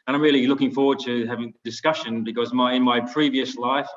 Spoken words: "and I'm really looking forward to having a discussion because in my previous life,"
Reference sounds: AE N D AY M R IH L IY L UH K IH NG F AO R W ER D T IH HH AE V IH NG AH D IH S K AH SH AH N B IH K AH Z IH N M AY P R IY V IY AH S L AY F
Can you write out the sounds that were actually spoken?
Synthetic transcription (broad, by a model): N AY M R IH L IY L UH K IH NG F AO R W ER D T IH HH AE V IH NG D IH S K AH SH AH N B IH K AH Z IH N M AY P R IY V IY AH S L AY F